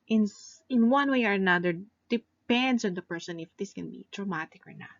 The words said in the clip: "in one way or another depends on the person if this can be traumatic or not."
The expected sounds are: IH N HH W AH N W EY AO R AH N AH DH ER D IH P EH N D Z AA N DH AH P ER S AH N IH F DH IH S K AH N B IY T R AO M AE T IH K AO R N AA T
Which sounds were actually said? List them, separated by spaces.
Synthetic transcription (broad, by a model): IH N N W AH N W EY AO R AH N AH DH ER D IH P EH N D S AA N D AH P ER S AH N IH F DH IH S K AH N B IY T R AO M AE T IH K AO R N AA T